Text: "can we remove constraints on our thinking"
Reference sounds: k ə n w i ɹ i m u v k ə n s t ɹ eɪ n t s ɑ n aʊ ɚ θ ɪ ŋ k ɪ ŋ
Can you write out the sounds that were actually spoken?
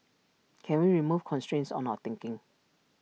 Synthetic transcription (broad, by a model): k ə n w i ɹ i m u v k ə n s t ɹ eɪ n t s ɑ n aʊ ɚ t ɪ ŋ k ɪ ŋ